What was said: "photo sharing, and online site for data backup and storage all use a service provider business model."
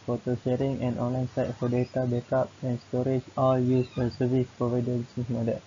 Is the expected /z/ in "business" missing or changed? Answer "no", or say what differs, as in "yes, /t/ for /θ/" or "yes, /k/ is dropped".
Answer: yes, /s/ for /z/